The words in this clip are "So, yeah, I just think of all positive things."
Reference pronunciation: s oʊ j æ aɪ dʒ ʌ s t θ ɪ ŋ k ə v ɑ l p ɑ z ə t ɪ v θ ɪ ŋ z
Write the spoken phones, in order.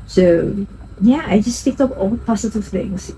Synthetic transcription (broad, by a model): s oʊ j æ aɪ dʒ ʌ s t t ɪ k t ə p ɑ l p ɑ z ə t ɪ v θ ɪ ŋ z